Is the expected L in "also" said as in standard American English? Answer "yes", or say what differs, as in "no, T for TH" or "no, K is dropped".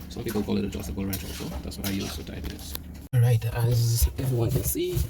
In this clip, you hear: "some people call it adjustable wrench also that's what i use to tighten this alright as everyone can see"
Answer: no, L is dropped